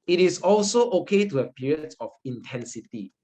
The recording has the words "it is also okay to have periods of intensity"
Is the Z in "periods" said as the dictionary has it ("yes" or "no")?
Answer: no